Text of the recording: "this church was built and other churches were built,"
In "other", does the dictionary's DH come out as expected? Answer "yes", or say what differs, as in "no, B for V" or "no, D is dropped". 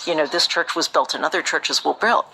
yes